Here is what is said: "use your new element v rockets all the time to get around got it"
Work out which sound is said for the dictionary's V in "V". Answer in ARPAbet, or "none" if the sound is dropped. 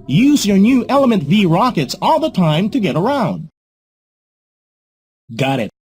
V